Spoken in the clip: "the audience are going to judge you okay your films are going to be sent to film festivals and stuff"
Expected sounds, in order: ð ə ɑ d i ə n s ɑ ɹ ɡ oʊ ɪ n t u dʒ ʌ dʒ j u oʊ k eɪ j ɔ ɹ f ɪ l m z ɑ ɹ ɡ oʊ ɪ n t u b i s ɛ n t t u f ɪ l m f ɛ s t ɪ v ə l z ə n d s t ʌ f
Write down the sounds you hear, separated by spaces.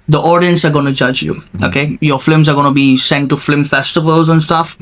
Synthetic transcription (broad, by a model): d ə ɑ d i ə n s ɑ ɹ ɡ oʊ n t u dʒ ʌ dʒ j u oʊ k eɪ j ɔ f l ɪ m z ɑ ɹ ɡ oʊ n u b i s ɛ n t t u f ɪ m f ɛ s t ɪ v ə l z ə n s t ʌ f